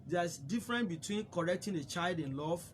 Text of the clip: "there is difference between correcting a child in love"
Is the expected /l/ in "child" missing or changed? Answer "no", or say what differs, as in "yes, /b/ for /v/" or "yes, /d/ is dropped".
no